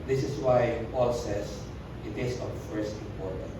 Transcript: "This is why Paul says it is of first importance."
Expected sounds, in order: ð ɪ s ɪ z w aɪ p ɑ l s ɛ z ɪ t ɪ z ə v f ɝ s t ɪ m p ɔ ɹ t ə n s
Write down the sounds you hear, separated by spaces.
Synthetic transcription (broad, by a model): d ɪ s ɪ s w aɪ p ɑ l s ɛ s ɪ t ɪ s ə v f ɝ s t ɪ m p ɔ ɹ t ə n